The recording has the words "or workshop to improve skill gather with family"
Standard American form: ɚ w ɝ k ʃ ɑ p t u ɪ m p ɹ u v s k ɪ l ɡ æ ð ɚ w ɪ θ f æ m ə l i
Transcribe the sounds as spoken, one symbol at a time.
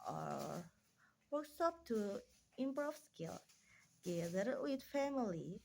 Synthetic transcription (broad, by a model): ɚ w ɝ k s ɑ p t u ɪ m b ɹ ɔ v s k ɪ l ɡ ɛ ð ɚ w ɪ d f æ m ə l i